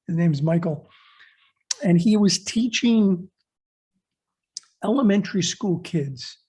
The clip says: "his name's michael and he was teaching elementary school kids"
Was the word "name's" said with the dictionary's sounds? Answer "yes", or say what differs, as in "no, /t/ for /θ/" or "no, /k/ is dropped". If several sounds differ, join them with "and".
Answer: yes